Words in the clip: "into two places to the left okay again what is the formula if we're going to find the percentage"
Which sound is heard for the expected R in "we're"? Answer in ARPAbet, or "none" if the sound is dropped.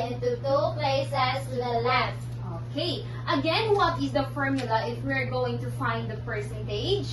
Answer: R